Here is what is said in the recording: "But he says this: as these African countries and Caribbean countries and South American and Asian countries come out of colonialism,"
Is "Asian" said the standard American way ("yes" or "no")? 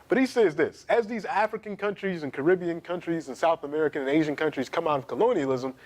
yes